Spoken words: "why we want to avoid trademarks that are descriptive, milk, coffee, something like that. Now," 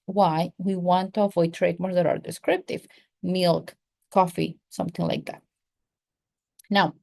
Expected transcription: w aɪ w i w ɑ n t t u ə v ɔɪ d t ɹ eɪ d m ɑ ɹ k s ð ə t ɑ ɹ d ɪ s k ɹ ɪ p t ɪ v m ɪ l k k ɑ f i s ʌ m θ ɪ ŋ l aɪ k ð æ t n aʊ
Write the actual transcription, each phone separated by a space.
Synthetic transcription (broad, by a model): w aɪ w i w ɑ n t t u ə v ɔɪ d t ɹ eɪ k m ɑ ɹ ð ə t ɑ ɹ d ɪ s k ɹ ɪ p t ɪ v m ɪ l k k ɑ f i s ʌ m θ ɪ ŋ l aɪ k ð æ t n aʊ